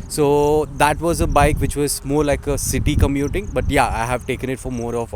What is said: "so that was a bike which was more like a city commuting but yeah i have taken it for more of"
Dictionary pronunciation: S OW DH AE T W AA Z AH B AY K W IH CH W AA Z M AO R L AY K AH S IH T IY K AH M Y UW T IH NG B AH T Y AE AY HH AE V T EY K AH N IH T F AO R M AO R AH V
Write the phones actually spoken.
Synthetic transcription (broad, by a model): S OW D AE T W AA Z AH B AY K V IH CH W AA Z M AO R L AY K AH S IH T IY K AH M Y UW T IH NG B AH T Y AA AY HH AE V T EY K AH N IH T F AO R M AO R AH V